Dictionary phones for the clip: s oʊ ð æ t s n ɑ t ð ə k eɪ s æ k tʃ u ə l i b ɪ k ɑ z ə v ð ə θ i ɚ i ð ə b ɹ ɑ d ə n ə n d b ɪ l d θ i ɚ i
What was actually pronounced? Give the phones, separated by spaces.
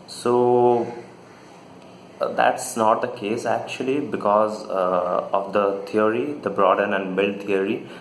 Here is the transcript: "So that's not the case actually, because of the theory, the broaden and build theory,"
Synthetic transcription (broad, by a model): s oʊ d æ t s n ɑ t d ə k eɪ s æ k tʃ u ə l i b ɪ k ɑ z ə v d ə t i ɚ i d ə b ɹ ɑ d ə n ə n d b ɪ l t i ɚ i